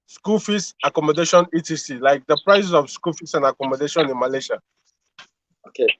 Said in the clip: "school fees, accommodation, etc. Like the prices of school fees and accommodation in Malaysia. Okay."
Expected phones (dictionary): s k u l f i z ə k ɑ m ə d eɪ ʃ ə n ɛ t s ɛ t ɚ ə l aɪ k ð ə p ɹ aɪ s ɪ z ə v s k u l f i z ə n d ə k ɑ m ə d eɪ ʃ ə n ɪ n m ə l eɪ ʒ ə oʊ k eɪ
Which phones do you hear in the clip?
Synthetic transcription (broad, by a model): s k u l f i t ə k ɑ m ə d eɪ ʃ ə n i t i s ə l aɪ k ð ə p ɹ aɪ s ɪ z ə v s k u l f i s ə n ə k ɑ m ə d eɪ ʃ ə n ɪ n m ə l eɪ ʃ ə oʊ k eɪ